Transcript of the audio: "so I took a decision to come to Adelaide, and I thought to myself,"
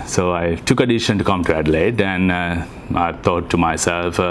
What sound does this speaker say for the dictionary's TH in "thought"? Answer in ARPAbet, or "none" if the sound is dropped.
T